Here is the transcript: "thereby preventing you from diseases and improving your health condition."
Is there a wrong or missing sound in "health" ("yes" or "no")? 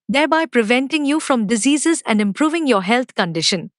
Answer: yes